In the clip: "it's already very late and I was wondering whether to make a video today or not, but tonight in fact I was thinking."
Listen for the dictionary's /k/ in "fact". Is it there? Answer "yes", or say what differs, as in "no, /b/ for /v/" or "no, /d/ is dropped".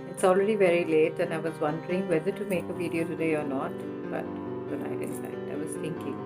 no, /k/ is dropped